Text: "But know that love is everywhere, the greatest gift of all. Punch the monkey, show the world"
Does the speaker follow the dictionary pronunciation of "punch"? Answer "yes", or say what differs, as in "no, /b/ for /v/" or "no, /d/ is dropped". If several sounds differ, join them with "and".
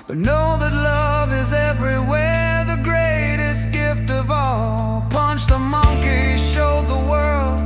yes